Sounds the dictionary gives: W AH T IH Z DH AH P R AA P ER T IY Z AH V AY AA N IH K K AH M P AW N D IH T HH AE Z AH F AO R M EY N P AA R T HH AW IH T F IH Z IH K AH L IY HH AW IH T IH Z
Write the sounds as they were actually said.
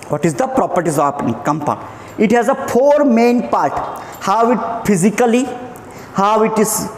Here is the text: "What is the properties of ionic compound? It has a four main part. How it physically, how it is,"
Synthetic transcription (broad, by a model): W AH T IH Z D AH P R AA P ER T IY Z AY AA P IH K K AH M P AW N IH T HH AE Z AH P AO R M EY N P AA R T HH AW IH T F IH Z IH K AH L IY HH AW IH T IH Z